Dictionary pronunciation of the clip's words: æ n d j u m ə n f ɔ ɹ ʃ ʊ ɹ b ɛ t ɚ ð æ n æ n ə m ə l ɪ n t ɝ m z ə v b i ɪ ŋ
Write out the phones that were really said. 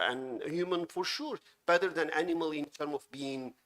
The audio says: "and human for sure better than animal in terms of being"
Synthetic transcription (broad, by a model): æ n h j u m ə n f ɔ ɹ ʃ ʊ ɹ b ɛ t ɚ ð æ n æ n ə m ə l ɪ n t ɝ m ə v b i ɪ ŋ